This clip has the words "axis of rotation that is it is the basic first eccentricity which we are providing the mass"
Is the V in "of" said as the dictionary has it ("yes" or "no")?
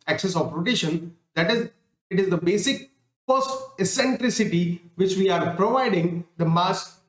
no